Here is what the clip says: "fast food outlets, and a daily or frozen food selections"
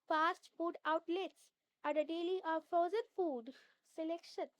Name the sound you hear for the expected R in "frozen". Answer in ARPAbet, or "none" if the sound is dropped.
none